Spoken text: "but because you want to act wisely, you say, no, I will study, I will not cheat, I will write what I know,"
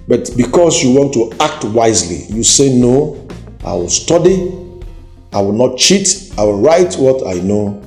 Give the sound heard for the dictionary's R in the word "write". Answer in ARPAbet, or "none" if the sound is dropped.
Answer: R